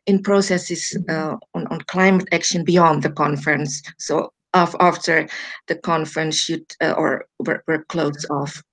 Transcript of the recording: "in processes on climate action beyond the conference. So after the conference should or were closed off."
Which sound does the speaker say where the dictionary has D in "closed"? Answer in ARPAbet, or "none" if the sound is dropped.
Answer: none